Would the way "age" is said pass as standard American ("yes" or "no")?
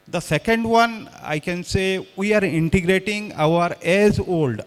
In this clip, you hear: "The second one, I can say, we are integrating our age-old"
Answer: no